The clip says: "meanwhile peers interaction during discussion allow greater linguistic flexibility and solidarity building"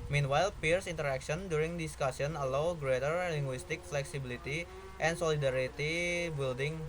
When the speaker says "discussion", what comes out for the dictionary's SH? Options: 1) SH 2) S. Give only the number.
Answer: 2